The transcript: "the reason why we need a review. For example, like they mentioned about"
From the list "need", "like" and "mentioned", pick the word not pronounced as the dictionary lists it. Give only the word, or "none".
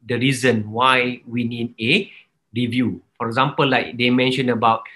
mentioned